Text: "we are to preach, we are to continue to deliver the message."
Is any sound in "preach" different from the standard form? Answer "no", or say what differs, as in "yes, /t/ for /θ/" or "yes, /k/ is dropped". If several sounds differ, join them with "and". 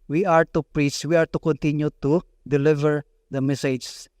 yes, /s/ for /tʃ/